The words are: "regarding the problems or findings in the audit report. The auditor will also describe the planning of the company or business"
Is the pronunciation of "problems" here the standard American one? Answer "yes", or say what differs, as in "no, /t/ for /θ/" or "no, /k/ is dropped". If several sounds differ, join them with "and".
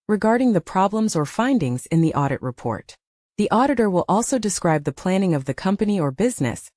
yes